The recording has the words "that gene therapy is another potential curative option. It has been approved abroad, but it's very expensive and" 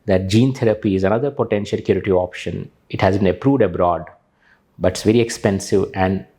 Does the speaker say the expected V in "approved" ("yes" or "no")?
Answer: yes